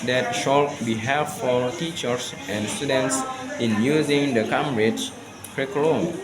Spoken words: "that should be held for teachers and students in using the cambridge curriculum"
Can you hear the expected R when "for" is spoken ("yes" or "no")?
no